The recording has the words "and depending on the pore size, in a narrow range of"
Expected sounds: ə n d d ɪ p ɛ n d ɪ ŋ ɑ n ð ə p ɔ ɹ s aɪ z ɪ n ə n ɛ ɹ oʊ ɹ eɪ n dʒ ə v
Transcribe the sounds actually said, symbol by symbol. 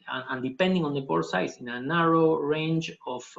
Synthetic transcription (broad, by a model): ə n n d ɪ p ɛ n d ɪ ŋ ɑ n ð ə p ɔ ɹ s aɪ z ɪ n ə n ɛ ɹ oʊ ɹ eɪ n dʒ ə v